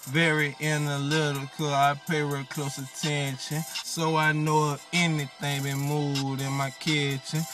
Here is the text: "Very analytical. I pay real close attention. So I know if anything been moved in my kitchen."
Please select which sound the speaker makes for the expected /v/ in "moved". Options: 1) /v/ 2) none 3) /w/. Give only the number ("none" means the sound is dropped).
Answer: 2